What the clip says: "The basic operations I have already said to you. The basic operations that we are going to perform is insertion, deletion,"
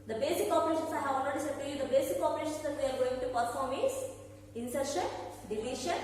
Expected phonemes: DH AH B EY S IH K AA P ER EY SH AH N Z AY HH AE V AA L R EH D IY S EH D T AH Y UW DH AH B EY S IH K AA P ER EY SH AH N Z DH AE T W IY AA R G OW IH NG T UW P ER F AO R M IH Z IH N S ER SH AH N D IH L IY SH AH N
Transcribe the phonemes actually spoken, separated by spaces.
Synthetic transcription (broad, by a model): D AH B EY S IH K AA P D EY SH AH N S AY HH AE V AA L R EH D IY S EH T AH Y UW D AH B EY S IH K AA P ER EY SH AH N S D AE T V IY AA R G OW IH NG T UW P ER F AO R M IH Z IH N S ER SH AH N D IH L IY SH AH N